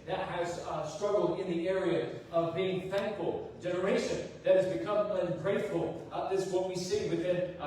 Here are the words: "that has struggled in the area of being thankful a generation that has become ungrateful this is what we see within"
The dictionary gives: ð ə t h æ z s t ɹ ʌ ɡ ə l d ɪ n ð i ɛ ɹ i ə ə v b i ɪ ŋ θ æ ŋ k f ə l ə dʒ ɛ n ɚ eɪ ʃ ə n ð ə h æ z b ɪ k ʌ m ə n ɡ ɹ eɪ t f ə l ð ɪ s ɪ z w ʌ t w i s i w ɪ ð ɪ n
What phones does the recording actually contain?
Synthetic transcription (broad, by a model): ð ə t h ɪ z s t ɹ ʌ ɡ l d ɪ n ð i ɛ ɹ i ə ə v b i ɪ ŋ θ æ ŋ k f ə l dʒ ɛ n ɚ eɪ ʃ ə n ð ə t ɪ z b ɪ k ʌ m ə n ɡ ɹ eɪ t f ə l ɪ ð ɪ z w ʌ t w i s i w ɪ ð ɪ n